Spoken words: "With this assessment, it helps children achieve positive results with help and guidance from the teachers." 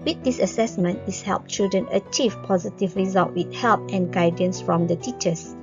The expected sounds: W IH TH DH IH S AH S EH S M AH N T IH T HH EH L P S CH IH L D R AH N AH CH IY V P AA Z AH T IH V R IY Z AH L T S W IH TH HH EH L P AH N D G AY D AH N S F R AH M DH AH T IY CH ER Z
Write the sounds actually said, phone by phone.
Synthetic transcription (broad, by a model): W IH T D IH S AH S EH S M AH N T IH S HH EH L P CH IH L D R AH N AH CH IY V P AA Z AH T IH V R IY Z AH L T W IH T HH EH L P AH N G AY D AH N S F R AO M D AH T IY CH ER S